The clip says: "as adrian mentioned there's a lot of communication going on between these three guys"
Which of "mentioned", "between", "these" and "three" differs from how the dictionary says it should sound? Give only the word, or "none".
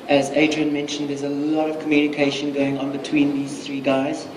none